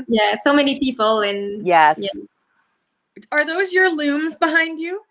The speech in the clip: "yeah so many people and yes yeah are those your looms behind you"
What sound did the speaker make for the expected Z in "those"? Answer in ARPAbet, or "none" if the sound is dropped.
Z